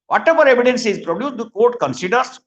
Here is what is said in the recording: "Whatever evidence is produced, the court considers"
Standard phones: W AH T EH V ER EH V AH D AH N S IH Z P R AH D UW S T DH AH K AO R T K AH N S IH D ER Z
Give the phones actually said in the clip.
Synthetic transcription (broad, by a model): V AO T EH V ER EH V AH D AH N S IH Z P R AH D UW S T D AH K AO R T K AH N S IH D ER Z